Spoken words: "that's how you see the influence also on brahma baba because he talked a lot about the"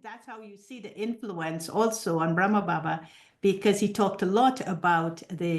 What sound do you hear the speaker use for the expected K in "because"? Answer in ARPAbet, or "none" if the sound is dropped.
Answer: K